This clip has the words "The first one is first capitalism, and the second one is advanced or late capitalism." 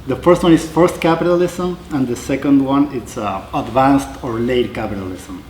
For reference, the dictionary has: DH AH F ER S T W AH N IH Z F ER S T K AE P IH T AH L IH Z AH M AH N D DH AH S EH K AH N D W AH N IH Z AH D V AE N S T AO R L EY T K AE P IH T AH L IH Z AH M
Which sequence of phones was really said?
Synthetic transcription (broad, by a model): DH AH F ER S T W AH N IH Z F ER S T K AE P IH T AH L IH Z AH M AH N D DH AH S EH K AH N D W AH N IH S AH D V AE N S T AO R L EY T K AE P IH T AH L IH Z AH M